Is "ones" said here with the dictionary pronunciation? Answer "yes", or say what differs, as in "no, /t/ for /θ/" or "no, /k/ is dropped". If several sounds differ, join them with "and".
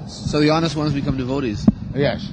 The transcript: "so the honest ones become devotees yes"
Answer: yes